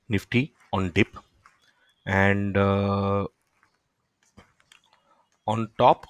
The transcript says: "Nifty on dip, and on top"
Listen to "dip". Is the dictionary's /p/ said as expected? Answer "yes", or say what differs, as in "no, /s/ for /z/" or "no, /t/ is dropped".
yes